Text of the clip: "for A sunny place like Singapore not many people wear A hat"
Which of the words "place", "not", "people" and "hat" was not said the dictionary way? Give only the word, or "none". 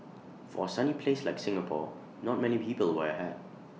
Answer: hat